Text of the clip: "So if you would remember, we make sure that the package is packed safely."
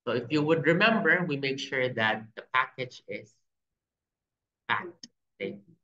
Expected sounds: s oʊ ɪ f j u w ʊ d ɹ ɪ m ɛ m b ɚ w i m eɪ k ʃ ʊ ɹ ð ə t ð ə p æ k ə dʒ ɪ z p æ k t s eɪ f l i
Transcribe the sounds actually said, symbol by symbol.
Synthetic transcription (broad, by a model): s oʊ ɪ f j u w ʊ d ɹ ɪ m ɛ m b ɚ w i m eɪ k ʃ ʊ ɹ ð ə t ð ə p æ k ə dʒ ɪ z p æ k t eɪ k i